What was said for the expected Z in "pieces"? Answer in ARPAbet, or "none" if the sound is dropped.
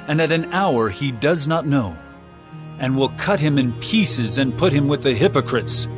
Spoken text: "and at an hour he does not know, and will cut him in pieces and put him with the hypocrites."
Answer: Z